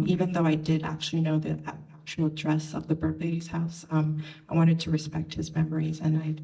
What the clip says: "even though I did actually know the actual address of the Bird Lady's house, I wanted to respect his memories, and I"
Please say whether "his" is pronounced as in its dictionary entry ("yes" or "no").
yes